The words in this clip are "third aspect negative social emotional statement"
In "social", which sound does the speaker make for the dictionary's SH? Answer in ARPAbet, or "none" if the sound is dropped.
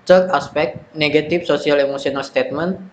S